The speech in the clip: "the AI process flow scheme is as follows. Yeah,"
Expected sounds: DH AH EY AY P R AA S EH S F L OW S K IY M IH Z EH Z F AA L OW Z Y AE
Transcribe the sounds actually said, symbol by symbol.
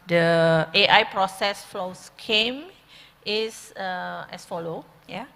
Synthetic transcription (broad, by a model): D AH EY AY P R AA S EH S F L OW S K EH M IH S EH S F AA L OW Y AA